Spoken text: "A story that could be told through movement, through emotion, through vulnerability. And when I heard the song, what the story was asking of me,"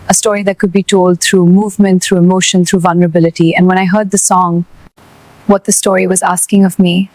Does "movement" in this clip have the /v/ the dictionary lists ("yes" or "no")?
yes